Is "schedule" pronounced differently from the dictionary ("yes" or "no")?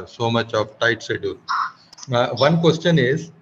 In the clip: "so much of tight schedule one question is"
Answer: yes